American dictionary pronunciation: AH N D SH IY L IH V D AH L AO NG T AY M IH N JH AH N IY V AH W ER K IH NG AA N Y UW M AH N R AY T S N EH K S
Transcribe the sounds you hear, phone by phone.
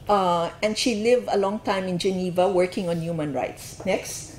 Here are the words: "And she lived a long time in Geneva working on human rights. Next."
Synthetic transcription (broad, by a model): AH N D SH IY L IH V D AH L AO NG T AY M IH N JH AH N IY V AH W ER K IH NG AA N Y UW M AH N R AY T S N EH K S